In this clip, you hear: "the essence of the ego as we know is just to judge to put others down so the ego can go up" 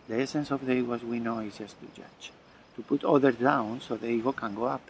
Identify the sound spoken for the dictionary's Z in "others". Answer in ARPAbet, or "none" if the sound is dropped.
none